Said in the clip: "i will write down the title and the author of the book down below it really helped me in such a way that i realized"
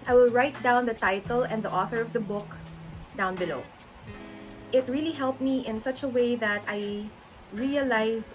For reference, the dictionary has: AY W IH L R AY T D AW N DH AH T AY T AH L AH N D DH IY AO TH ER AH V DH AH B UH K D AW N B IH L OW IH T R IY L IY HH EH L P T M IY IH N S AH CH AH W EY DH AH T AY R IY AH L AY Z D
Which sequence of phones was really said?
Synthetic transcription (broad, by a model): AY W IH L R AY T D AW N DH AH T AY T AH L AH N D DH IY AO TH ER AH V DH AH B UH K D AW N B IH L OW IH T R IY L IY HH EH L P T M IY IH N S AH CH AH W EY DH AH T AY R IY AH L AY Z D